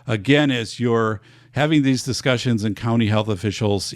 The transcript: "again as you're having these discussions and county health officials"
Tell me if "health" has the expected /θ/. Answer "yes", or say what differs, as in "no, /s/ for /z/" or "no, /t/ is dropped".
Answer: yes